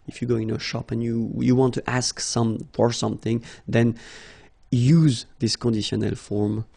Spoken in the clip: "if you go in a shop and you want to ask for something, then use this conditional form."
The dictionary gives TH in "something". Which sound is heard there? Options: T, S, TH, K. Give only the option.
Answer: TH